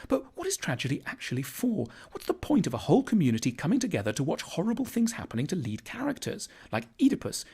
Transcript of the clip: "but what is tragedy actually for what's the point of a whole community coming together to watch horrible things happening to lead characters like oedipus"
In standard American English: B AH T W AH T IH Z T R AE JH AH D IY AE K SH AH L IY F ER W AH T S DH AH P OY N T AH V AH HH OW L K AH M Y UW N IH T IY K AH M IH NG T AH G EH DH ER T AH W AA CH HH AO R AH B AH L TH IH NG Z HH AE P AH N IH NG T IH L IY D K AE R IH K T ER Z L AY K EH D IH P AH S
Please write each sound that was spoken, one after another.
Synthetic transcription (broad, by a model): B AH T W AH T IH Z T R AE JH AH D IY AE K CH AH L IY F ER W AH T S DH AH P OY N T AH V AH HH OW L K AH M Y UW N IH T IY K AH M IH NG T AH G EH DH ER T AH W AA CH HH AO R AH B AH L TH IH NG Z HH AE P AH N IH NG T IH L IY D K AE R IH K T ER Z L AY K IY D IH P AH S